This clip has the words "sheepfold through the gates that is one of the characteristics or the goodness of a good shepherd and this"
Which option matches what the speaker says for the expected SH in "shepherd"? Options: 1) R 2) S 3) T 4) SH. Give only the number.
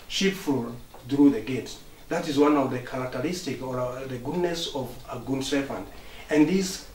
2